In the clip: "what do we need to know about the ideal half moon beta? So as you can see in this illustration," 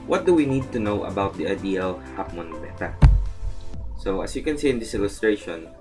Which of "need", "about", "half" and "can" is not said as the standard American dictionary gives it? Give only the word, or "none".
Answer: half